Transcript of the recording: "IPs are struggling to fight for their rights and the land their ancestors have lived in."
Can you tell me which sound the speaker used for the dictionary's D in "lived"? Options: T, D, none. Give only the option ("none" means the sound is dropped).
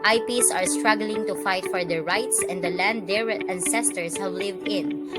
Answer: D